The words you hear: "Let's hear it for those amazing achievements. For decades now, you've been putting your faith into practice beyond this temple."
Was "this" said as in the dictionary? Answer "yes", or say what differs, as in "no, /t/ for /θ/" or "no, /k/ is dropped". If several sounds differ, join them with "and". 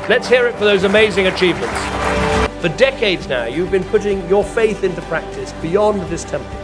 yes